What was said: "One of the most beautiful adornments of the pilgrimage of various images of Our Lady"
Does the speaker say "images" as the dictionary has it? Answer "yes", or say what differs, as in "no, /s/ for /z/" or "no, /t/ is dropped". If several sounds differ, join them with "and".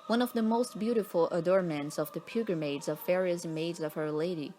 no, /dʒ/ is dropped